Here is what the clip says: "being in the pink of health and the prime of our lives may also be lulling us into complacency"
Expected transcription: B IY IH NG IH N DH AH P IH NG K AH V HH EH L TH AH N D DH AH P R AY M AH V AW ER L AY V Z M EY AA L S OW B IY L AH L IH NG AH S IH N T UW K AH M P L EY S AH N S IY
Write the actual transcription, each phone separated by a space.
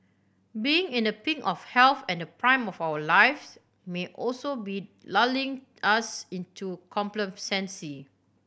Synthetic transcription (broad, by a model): B IY IH NG IH N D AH P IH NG AH F HH EH L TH AH N D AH P R AY M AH F AW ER L AY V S M EY AA L S OW B IY L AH L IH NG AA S IH N T UW K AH M P L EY S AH N S IY